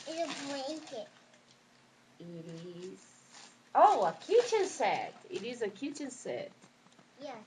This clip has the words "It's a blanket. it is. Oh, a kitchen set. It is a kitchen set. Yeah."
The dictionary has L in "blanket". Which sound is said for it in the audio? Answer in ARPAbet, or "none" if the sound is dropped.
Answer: none